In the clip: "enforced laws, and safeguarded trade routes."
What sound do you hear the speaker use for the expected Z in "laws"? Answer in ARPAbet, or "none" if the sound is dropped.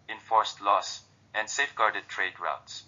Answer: S